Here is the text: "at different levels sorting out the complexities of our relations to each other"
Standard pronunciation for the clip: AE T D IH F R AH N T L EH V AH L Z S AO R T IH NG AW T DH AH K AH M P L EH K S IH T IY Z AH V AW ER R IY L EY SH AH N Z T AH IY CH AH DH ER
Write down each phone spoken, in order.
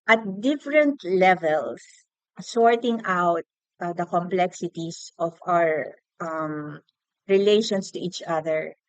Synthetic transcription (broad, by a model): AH T D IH F R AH N T L EH V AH L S S AO R T IH NG AW T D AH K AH M P L EH K S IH T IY S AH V AW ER R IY L EY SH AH N S T AH IY CH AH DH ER